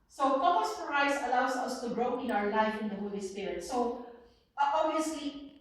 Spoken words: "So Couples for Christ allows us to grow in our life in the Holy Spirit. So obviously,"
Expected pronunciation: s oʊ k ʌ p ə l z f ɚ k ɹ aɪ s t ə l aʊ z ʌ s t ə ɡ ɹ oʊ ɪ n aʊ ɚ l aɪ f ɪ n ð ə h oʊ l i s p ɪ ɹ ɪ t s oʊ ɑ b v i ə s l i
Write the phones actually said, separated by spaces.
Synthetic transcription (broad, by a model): s oʊ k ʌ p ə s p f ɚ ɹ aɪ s ə l aʊ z ʌ s t ə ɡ ɹ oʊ ɪ n aʊ ɚ l aɪ f ɪ n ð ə h oʊ l i s p ɪ ɹ ɪ t s oʊ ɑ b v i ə s l i